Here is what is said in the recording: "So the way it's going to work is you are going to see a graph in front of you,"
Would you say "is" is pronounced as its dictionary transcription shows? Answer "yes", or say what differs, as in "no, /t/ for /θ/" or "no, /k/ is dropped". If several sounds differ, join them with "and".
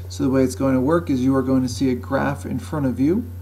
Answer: yes